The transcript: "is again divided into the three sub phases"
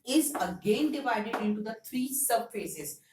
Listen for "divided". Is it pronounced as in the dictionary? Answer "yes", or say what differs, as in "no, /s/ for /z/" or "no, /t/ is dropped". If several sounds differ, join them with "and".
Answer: yes